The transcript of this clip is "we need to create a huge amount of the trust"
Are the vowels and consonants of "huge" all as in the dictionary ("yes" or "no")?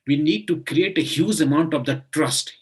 no